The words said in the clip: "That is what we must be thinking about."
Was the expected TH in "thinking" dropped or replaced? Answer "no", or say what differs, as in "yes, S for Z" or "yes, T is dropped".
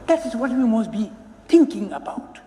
yes, T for TH